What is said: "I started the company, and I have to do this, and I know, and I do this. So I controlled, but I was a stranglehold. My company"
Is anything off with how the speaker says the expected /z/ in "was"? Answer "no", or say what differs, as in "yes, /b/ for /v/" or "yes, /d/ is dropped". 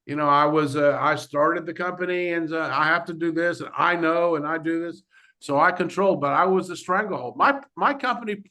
no